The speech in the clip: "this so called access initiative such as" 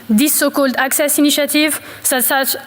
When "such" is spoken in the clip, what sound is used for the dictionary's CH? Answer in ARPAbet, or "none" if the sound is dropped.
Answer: S